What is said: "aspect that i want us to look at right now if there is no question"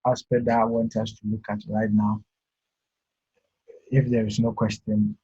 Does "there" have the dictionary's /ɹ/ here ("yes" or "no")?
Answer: yes